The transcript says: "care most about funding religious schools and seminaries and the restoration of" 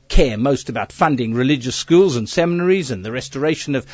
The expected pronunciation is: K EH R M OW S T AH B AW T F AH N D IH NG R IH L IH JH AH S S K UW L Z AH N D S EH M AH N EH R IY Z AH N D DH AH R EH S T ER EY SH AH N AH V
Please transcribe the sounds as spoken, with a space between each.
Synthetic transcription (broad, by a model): K EH R M OW S T AH B AW T F AH N D IH NG R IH L IH JH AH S S K UW L Z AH N S EH M AH N EH R IY Z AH N DH AH R EH S T ER EY SH AH N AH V